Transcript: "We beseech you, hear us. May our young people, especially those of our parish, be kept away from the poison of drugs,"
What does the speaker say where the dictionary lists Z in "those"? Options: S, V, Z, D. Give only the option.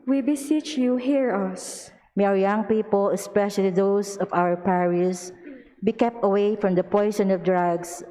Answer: S